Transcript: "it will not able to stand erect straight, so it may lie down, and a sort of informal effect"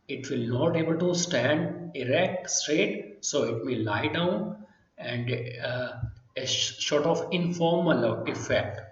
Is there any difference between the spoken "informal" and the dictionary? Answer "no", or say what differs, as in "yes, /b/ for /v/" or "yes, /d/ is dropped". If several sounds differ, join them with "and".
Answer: no